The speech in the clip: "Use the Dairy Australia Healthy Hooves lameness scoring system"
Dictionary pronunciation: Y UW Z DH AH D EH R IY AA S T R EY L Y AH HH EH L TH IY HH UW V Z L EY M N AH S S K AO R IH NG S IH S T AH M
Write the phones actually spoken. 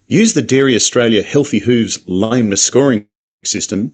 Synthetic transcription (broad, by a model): Y UW Z DH AH D EH R IY AA S T R EY L Y AH HH EH L TH IY HH UW V Z L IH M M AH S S K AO R IH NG S IH S T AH M